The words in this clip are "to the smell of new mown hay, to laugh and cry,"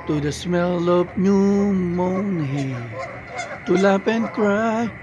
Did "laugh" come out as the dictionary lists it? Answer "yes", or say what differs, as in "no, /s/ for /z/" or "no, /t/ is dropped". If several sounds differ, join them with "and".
no, /p/ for /f/